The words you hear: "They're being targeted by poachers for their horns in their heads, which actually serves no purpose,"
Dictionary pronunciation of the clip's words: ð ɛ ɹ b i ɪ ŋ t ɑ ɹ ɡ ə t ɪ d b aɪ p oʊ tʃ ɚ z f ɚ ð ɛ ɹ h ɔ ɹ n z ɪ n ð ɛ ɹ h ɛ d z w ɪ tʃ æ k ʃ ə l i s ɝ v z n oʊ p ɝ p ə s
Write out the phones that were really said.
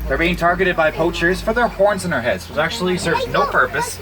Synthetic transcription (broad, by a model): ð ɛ ɹ b i ɪ ŋ t ɑ ɹ ɡ ə t ɪ d b aɪ p oʊ tʃ ɚ z f ɚ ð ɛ ɹ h ɔ ɹ n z ɪ n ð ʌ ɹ h ɛ d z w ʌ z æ k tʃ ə l i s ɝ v n oʊ p ɝ p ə s